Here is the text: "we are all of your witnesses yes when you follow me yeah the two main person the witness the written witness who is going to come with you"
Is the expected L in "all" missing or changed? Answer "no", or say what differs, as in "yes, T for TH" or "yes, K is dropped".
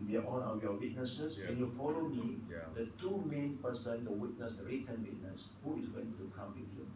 yes, N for L